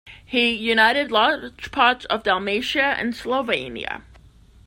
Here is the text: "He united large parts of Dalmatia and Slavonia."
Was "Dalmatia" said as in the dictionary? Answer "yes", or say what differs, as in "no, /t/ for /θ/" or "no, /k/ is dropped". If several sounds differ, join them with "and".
yes